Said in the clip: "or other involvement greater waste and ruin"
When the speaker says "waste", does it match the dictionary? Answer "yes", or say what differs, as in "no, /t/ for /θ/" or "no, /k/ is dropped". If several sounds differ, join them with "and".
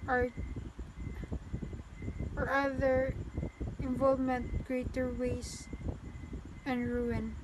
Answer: no, /t/ is dropped